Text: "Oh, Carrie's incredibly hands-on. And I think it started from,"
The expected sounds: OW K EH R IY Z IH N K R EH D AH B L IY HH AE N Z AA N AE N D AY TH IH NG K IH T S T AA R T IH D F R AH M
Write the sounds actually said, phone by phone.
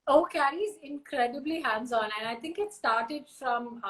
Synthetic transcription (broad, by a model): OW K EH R IY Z IH N K R EH D AH B L IY HH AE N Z AA N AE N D AY T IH NG K IH T S T AA R T IH D F R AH M